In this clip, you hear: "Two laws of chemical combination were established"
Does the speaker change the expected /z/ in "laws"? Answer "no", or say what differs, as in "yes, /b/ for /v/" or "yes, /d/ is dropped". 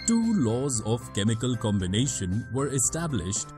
no